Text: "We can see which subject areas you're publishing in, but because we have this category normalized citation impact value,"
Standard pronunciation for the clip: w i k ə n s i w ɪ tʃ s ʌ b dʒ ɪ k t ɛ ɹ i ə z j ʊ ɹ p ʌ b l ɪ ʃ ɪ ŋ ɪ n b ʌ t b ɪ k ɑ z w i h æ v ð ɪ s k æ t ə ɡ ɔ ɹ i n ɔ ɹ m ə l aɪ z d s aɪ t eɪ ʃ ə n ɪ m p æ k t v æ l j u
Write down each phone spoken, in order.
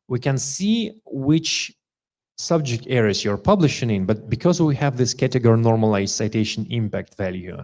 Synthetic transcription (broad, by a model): w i k ə n s i w ɪ tʃ s ʌ b dʒ ɪ k t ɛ ɹ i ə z j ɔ ɹ p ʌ b l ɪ ʃ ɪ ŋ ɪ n b ʌ t b ɪ k ɑ z w i h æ v ð ɪ s k æ t ə ɡ ɔ ɹ i n ɔ ɹ m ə l aɪ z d s aɪ t eɪ ʃ ə n ɪ m p æ k t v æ l j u